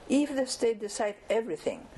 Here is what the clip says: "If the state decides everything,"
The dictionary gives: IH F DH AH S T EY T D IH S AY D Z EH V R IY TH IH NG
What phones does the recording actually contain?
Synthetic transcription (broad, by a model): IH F DH AH S T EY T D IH S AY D EH V R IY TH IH NG